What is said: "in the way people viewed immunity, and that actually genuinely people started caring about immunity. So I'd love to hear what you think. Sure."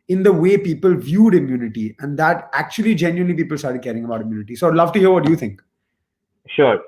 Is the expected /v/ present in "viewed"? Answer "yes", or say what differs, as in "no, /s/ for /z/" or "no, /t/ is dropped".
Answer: yes